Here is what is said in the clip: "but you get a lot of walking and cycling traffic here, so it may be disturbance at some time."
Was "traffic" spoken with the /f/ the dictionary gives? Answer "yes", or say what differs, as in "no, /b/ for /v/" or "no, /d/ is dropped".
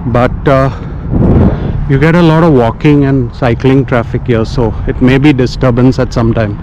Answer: yes